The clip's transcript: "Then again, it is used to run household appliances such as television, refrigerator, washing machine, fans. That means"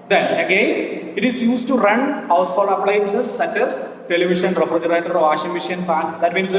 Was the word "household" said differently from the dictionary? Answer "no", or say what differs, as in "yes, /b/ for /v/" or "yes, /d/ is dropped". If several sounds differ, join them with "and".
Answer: yes, /d/ is dropped